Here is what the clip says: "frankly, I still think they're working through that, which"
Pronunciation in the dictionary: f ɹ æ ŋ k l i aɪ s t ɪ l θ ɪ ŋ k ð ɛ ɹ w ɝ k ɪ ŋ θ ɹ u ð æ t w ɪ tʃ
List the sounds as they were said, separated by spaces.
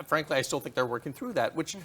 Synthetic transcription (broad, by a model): f ɹ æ ŋ k l i aɪ s t ɪ l θ ɪ ŋ k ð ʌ ɹ w ɝ k ɪ ŋ θ ɹ u ð æ t w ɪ tʃ